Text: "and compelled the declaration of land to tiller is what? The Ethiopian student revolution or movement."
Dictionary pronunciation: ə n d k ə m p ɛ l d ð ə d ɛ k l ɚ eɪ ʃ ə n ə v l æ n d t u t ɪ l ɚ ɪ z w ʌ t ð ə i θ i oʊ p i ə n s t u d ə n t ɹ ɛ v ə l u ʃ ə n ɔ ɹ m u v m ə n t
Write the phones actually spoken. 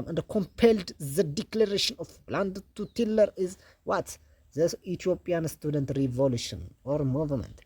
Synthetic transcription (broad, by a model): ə n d k ə m p ɛ l d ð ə d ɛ k l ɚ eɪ ʃ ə n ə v l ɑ n d t u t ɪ l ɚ ɪ z w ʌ t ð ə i t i oʊ p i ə n s t u d ə n t ɹ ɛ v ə l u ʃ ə n ɔ ɹ m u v m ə n t